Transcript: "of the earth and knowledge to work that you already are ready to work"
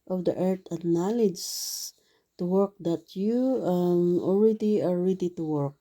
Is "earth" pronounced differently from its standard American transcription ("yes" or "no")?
yes